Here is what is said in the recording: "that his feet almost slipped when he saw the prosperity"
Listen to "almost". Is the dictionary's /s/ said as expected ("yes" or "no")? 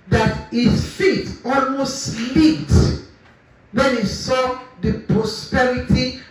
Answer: yes